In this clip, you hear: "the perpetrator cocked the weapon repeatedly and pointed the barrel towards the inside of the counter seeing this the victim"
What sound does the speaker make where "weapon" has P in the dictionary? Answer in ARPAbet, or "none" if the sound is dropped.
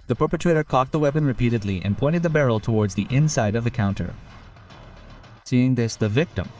P